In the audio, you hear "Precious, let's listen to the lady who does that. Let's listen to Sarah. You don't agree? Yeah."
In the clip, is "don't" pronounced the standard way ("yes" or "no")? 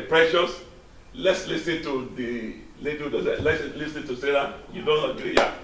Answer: yes